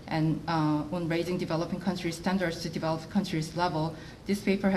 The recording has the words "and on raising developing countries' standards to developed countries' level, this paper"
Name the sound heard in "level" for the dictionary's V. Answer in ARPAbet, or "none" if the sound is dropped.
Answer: V